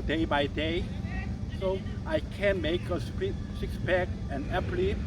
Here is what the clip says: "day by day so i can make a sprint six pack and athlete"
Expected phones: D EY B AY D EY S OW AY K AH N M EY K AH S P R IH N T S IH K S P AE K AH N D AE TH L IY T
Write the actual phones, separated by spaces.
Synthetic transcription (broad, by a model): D EY B AY D EY S OW AY K AH N M EY K AH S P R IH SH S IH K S B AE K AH N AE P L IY